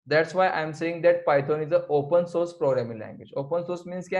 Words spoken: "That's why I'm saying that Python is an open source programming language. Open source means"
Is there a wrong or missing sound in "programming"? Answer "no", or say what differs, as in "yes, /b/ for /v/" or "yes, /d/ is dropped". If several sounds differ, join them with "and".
no